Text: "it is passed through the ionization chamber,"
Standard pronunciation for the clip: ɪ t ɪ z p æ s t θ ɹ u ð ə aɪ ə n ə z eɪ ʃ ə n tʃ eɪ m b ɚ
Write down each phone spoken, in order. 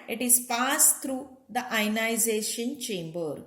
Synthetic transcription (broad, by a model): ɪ t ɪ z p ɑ s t t ɹ u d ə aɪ n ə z eɪ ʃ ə n tʃ eɪ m b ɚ